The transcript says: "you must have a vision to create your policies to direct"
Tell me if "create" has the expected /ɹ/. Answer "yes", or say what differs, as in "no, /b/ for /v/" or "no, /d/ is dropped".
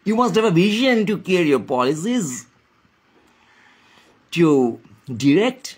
no, /ɹ/ is dropped